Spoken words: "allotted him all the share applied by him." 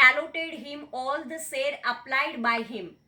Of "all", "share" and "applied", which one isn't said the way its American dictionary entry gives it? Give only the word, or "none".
share